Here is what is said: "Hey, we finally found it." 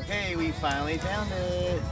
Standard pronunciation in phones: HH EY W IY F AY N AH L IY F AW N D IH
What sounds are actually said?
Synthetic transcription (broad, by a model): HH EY W IY F AY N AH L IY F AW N IH